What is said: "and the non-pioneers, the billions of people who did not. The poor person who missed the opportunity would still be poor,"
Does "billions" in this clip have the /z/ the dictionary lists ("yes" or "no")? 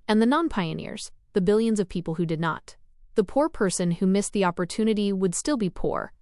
yes